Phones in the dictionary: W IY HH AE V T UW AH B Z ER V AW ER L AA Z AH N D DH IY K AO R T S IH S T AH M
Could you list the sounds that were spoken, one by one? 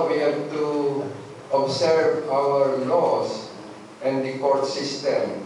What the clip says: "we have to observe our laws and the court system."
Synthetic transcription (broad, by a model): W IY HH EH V T UW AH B S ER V AW ER L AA S AH N D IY K AO R T S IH S T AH M